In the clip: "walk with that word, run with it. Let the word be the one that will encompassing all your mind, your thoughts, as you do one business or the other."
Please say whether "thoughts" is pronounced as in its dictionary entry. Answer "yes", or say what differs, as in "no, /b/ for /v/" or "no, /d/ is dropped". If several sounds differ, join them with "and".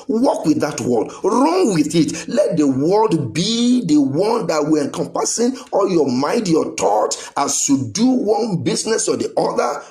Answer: no, /s/ is dropped